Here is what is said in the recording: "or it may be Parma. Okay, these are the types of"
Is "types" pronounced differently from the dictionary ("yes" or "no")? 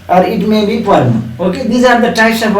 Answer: yes